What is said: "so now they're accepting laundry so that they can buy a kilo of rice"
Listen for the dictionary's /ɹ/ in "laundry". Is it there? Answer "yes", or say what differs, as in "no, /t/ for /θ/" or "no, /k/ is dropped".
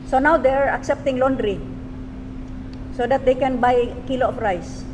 yes